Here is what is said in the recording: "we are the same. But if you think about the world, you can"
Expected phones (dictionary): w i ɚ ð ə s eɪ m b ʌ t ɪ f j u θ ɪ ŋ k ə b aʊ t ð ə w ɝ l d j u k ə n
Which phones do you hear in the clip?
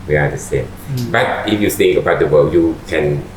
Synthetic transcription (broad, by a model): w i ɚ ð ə s eɪ m b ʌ t ɪ f j u s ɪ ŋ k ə b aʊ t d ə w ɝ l j u k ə n